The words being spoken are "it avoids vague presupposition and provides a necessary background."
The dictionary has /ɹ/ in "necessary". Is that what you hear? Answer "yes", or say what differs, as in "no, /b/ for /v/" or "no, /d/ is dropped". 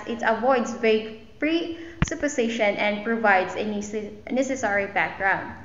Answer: yes